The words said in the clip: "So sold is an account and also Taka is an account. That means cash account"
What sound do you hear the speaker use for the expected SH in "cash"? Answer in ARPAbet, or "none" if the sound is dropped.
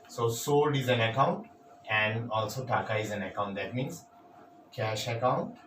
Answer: SH